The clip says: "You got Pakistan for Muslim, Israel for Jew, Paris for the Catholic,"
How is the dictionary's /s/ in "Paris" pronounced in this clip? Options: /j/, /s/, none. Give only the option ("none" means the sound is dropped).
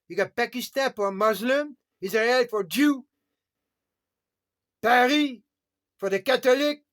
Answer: none